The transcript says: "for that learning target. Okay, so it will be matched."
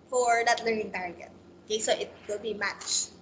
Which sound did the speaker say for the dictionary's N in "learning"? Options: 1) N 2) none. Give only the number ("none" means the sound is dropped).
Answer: 1